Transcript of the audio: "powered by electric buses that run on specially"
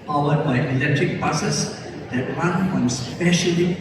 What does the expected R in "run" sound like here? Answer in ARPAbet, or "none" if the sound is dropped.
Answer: W